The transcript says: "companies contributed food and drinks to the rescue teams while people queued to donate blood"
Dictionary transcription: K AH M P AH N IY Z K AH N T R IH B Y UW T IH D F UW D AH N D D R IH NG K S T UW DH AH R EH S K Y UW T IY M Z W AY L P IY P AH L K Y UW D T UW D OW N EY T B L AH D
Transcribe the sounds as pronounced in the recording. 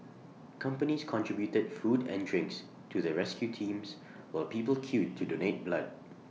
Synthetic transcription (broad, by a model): K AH M P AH N IY S K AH N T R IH B Y UW T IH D F UW D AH N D D R IH NG K S T UW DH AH R EH S K Y UW T IY M S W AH P IY P AH L K Y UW T UW D OW N EY T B L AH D